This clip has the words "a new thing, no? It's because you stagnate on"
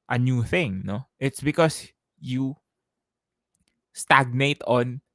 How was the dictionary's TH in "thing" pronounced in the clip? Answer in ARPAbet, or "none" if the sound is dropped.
TH